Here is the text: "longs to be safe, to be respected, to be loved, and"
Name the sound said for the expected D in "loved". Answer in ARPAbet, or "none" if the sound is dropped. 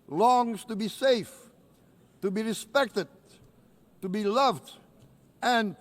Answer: D